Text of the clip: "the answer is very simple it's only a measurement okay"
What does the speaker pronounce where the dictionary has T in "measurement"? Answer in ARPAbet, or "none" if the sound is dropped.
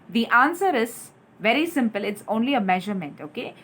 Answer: T